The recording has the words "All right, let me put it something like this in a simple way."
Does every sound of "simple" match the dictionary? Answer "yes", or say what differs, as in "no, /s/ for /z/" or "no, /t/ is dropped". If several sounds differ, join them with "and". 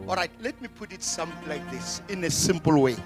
yes